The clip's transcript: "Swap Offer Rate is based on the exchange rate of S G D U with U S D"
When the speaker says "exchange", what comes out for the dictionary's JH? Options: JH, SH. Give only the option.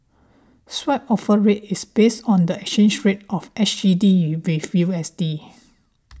SH